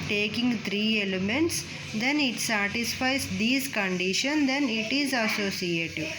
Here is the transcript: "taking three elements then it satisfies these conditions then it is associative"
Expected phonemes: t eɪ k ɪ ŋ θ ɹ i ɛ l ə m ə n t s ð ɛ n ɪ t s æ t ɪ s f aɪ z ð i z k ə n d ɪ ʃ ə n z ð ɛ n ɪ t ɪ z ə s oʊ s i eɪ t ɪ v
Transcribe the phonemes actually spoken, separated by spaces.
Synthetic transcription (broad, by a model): t eɪ k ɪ ŋ t ɹ i ɛ l ə m ə n t s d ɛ n ɪ t s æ t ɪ s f aɪ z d i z k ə n d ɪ ʃ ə n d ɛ n ɪ t ɪ z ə s oʊ s i eɪ t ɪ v